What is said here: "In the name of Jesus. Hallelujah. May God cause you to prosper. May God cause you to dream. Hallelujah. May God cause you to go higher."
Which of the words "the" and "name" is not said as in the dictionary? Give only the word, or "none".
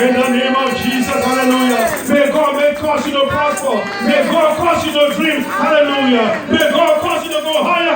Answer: none